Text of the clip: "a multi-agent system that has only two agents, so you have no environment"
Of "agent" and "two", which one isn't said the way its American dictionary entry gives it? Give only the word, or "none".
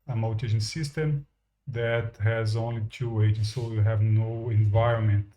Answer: agent